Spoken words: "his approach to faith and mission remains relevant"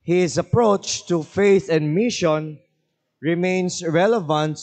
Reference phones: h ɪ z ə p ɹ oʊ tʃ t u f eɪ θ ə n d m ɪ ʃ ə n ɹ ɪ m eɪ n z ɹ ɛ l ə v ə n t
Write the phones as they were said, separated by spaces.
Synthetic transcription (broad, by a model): h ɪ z ə p ɹ oʊ tʃ t u f eɪ θ ə n d m ɪ ʃ ə n ɹ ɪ m eɪ n s ɹ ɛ l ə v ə n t